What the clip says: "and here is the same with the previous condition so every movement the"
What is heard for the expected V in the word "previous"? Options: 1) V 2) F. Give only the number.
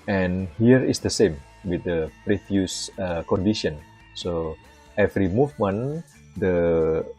2